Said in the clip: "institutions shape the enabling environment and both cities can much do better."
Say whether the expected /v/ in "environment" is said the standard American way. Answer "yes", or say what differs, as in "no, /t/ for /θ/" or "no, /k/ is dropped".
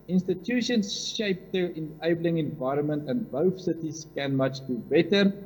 yes